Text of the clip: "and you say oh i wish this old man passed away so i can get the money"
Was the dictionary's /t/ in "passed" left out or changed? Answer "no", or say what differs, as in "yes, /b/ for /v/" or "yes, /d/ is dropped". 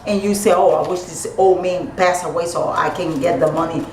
yes, /t/ is dropped